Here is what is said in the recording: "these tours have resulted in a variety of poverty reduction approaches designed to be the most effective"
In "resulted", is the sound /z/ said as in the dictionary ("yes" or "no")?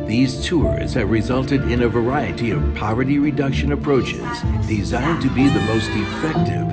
yes